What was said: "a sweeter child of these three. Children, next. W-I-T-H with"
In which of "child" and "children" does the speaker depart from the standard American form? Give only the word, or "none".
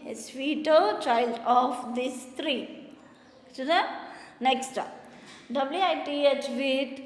children